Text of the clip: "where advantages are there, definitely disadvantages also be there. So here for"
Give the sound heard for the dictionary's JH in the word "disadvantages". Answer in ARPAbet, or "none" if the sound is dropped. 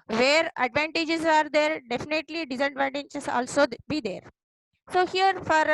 CH